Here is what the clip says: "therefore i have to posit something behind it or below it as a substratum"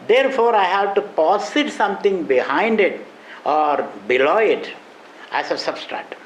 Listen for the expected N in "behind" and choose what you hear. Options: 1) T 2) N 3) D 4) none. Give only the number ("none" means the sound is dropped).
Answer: 2